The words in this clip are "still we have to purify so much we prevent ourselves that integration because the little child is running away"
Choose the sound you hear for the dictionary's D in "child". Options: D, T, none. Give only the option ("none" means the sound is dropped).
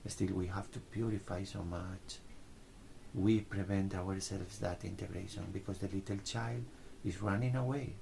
D